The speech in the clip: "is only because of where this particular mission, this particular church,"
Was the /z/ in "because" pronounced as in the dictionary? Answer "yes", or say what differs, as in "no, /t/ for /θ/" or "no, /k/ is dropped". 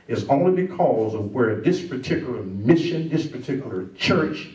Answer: yes